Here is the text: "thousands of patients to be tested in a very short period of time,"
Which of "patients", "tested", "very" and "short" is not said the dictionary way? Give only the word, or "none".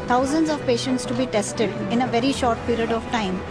none